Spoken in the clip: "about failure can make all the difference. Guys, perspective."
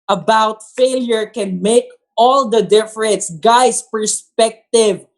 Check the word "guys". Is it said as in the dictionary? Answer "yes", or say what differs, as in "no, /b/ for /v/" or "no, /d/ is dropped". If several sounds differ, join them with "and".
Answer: no, /s/ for /z/